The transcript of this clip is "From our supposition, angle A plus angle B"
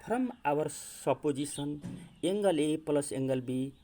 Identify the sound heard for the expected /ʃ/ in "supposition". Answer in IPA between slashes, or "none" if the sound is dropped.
/s/